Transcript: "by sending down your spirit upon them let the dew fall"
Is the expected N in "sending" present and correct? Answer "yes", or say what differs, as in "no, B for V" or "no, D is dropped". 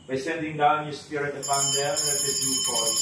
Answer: yes